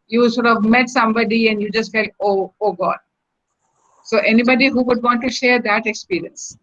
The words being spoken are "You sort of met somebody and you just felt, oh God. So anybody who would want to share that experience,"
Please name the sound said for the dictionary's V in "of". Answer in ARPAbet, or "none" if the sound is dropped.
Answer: V